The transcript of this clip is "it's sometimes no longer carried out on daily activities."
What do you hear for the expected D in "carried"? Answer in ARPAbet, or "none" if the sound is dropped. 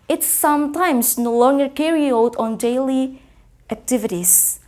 none